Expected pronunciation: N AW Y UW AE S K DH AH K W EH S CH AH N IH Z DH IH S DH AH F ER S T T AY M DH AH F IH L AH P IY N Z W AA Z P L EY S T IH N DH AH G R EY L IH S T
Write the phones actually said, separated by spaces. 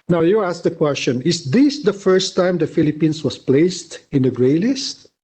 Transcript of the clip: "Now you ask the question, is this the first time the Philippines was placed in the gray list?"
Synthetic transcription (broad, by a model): N AW Y UW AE S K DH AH K W EH S CH AH N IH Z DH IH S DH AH F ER S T T AY M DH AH F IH L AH P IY N S W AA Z P L EY S T IH N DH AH G R EY L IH S T